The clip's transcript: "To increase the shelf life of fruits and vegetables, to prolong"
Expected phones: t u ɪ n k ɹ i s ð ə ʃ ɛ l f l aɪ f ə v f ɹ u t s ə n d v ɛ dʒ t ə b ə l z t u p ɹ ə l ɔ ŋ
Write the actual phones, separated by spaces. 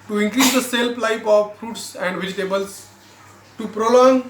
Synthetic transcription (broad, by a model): t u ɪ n k ɹ i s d ə s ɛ l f l aɪ p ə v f ɹ u t s ə n d v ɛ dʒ t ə b ə l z t u p ɹ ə l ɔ ŋ